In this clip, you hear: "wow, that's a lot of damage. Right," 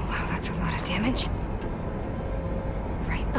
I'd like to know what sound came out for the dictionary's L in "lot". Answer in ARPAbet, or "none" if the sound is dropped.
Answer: N